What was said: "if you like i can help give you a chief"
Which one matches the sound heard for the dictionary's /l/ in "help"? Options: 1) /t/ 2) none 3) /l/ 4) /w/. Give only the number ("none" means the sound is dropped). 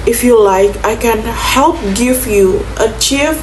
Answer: 3